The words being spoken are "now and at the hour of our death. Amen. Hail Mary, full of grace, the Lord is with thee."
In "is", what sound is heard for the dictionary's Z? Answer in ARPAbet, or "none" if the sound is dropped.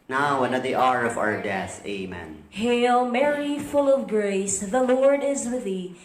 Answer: Z